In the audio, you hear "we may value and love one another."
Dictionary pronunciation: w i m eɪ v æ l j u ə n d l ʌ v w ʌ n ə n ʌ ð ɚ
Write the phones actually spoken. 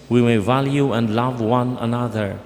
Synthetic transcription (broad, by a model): w i m eɪ v æ l j u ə n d l ʌ v w ʌ n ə n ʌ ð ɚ